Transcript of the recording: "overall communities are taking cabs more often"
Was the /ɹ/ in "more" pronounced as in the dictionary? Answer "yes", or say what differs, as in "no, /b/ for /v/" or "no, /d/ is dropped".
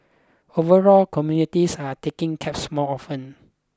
no, /l/ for /ɹ/